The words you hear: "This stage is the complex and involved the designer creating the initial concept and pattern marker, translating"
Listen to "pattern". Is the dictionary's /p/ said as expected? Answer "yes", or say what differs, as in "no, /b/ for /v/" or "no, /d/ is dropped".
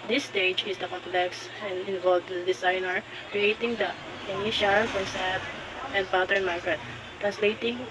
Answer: no, /b/ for /p/